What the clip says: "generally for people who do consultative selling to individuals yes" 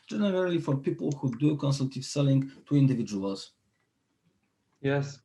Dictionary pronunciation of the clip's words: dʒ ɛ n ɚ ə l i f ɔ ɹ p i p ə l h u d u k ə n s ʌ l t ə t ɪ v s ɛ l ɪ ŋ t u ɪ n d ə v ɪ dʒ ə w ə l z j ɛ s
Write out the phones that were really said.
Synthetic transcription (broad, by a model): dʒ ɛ n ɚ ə l i f ɔ ɹ p i p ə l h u d u k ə n s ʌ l t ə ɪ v s ɛ l ɪ ŋ t u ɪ n d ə v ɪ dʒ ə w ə l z j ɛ s